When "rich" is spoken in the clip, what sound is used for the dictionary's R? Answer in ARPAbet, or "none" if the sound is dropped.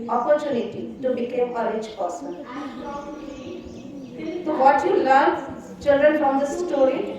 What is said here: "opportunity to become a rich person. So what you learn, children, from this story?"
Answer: L